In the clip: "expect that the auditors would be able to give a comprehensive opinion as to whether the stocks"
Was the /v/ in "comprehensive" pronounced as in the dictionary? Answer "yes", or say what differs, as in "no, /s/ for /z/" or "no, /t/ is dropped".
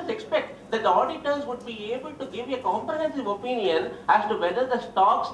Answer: yes